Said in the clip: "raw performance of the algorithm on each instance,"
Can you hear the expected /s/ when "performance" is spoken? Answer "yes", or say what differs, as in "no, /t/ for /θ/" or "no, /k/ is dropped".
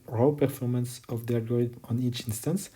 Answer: yes